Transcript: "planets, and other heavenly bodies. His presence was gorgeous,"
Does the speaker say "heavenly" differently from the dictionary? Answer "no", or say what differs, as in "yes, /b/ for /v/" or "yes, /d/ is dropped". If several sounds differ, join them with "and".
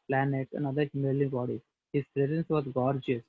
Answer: yes, /n/ is dropped